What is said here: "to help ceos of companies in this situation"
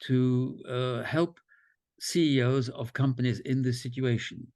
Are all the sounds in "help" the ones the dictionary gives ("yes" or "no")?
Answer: yes